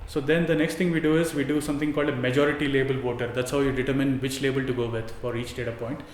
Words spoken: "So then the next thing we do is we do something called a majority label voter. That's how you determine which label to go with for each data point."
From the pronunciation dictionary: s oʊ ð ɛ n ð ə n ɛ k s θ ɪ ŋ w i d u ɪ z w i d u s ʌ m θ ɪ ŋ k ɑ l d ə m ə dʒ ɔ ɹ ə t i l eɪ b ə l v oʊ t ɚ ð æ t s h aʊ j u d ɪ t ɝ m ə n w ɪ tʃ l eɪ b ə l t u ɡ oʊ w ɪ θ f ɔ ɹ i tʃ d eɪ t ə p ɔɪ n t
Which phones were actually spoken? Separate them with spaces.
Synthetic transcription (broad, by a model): s oʊ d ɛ n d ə n ɛ k s t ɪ ŋ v i d u ɪ z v i d u s ʌ m t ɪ ŋ k ɑ l d ə m ə dʒ ɔ ɹ ə t i l eɪ b ə l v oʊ t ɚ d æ t s h aʊ j u d ɪ t ɝ m ə n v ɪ tʃ l eɪ b ə l t u ɡ oʊ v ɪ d f ɔ ɹ i tʃ d eɪ t ə p ɔɪ n t